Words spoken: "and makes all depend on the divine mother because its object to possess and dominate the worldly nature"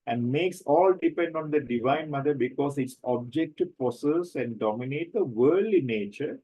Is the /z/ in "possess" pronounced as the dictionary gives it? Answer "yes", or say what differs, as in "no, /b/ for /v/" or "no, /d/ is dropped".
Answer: no, /s/ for /z/